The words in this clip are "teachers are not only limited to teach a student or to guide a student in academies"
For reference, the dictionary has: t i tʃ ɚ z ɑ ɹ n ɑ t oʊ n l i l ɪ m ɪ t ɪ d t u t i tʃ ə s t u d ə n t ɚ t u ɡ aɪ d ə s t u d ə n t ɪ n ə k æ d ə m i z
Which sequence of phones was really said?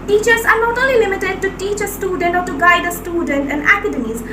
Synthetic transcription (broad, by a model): t i tʃ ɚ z ɑ ɹ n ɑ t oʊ l i l ɪ m ɪ t ɪ d t u t i tʃ ə s t u d ə n t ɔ t u ɡ aɪ d ə s t u d ə n t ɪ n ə k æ d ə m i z